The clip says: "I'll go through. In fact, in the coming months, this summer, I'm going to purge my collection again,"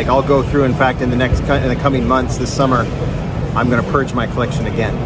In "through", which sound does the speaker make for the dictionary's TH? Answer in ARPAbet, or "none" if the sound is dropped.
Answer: TH